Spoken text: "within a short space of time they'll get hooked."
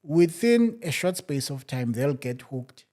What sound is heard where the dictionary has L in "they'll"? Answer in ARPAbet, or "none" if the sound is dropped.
L